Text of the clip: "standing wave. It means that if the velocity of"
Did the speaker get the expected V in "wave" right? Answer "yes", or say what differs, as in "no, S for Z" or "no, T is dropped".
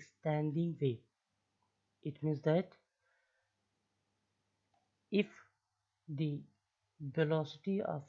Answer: no, V is dropped